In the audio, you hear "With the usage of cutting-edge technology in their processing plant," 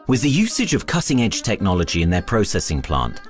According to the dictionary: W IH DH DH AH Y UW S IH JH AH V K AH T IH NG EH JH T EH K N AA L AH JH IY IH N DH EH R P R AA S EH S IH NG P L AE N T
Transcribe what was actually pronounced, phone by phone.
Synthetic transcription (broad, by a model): W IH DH DH AH Y UW S IH JH AH V K AH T IH NG EH JH T EH K N AA L AH JH IY IH N DH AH P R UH S EH S IH NG P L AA N T